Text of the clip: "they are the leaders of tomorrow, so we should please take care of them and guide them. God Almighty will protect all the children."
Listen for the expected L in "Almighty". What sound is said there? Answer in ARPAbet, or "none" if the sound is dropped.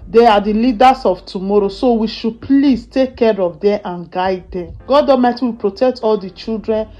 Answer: none